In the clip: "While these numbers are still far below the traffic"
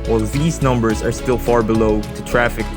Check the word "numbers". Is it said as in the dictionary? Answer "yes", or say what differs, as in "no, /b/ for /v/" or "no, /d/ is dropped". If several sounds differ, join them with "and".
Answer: yes